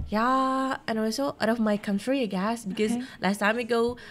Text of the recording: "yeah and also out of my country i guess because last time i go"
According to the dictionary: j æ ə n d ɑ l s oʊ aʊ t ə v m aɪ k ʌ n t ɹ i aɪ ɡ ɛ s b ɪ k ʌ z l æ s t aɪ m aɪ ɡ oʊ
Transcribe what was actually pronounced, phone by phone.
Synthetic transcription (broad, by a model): j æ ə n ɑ w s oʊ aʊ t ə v m aɪ k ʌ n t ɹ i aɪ ɡ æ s b ɪ k ʌ z l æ s t aɪ m aɪ ɡ oʊ